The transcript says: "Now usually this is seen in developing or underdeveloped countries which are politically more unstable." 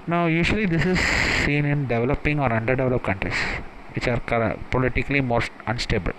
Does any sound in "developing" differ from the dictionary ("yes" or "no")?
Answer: no